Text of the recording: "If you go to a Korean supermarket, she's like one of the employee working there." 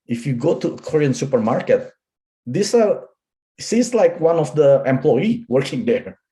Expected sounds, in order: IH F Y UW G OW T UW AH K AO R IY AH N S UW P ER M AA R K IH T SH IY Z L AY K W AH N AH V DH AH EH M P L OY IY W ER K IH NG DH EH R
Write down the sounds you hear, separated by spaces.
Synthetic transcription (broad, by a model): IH F Y UW G OW T UW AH K AO R IY AH N S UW P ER M AA R K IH T S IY S L AY K W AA N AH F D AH EH M P L OY IY W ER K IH NG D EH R